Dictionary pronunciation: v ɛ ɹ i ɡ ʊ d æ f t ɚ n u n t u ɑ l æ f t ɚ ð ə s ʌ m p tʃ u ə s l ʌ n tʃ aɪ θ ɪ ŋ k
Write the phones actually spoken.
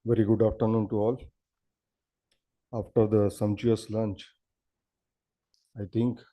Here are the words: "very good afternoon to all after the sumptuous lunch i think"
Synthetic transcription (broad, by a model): v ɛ ɹ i ɡ ʊ d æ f t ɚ n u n t u ɑ l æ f t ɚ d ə s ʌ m tʃ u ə s l ʌ n tʃ aɪ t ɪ ŋ k